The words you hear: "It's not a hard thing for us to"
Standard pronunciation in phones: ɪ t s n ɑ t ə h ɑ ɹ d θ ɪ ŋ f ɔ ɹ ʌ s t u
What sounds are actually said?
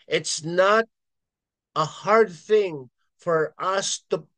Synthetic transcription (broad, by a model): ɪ t s n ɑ t ə h ɑ ɹ d θ ɪ ŋ f ɔ ɹ ʌ s t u